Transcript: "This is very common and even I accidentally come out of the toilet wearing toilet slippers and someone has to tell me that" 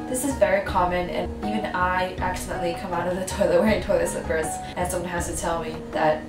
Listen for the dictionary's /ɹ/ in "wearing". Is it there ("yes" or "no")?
no